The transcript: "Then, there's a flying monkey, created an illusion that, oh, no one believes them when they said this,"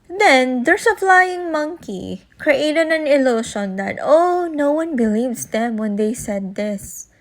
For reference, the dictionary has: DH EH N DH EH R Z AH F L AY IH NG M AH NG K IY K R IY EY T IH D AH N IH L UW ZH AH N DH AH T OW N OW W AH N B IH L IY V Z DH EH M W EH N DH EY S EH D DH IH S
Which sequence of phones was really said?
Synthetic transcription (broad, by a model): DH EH N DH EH R S AH P L AY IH NG M AH NG K IY K R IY EY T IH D AH N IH L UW SH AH N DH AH T OW N OW W AH N B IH L IY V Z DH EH M W EH N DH EY S EH D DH IH S